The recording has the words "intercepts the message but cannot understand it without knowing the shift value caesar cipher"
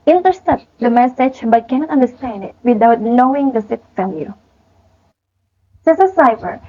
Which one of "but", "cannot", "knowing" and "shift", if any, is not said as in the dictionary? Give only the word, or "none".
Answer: shift